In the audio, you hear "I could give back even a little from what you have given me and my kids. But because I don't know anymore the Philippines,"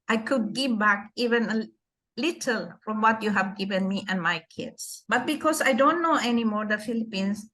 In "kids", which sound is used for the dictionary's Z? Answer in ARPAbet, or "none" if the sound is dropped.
S